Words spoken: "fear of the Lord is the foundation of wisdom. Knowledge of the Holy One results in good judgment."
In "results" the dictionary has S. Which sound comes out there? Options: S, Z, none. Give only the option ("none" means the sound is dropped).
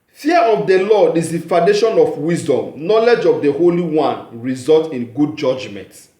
none